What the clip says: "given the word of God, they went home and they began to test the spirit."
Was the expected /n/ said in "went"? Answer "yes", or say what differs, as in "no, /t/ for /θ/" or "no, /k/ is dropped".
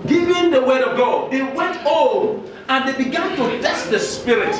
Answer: yes